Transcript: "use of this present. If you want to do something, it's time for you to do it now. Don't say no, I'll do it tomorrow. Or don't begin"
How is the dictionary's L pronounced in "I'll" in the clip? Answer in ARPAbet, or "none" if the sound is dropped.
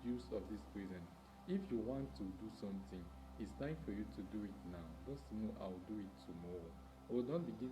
W